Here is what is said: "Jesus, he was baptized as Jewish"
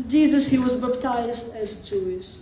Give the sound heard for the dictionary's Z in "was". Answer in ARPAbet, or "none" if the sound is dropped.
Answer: Z